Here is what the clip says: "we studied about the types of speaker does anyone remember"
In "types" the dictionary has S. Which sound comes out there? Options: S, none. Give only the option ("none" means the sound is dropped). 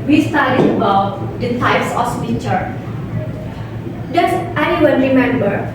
S